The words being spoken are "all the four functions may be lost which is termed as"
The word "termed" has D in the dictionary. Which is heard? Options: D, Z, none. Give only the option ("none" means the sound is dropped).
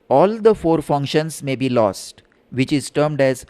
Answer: D